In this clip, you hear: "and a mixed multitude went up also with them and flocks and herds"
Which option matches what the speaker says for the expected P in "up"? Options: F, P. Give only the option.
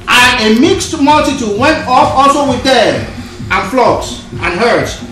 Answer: F